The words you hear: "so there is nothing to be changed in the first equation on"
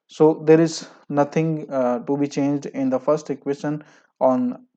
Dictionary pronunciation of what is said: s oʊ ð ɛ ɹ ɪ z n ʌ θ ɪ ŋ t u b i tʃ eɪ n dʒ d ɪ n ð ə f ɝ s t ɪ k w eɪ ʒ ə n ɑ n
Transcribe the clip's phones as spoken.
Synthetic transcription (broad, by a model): s oʊ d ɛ ɹ ɪ z n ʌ t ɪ ŋ t u b i tʃ eɪ n dʒ d ɪ n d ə f ɝ s t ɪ k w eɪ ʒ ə n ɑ n